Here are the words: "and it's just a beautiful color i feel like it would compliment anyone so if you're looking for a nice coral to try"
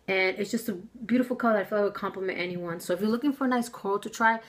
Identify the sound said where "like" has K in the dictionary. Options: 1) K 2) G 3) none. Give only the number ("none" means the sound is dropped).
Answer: 3